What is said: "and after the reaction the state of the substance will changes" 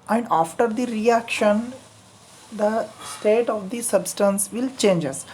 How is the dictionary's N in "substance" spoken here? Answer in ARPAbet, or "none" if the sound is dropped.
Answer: N